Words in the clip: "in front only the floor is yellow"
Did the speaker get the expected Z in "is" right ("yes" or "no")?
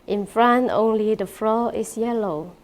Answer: no